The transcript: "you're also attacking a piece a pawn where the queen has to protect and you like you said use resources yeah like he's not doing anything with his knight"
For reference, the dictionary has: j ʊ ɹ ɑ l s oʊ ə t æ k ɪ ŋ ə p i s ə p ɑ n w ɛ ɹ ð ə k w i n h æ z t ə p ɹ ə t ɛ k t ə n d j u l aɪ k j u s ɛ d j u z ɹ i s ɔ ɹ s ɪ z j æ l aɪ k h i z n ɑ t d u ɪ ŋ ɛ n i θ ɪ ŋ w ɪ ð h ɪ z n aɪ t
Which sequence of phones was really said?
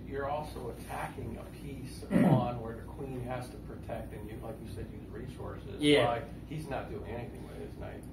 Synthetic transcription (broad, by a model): j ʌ ɹ ɑ l s oʊ ə t æ k ɪ ŋ ə p i s ə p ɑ n w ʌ ɹ ð ə k w i n h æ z t ə p ɹ ə t ɛ k t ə n j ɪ l aɪ k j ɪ s ɛ d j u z ɹ i s ɔ ɹ s ɪ z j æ l aɪ k h i z n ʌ t d u ɪ ŋ ɛ n i θ ɪ ŋ w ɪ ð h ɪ z n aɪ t